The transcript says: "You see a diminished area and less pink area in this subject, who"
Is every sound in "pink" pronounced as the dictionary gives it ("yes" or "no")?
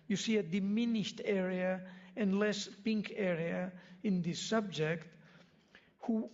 yes